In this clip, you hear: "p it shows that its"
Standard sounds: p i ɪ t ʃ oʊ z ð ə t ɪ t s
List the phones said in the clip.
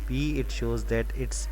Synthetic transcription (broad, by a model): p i ɪ t ʃ oʊ z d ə t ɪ t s